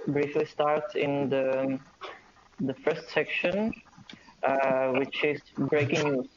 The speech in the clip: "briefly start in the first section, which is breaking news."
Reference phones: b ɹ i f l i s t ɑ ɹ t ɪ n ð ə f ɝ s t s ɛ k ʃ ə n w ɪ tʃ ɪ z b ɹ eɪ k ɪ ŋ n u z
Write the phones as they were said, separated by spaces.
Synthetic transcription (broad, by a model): b ɹ i f l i s t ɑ ɹ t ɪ n ð ə f ɝ s t s ɛ k ʃ ə n w ɪ tʃ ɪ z b ɹ eɪ k ɪ ŋ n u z